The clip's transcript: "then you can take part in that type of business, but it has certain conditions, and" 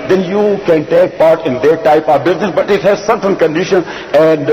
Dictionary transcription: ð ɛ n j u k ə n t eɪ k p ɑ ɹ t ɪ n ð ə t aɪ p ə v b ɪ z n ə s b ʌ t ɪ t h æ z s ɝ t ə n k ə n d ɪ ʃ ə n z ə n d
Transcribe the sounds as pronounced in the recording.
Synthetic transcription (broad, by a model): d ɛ n j u k ə n t eɪ k p ɑ ɹ t ɪ n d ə t aɪ p ə v b ɪ z n ə s b ʌ t ɪ t h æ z s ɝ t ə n k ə n d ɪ ʃ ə n ə n d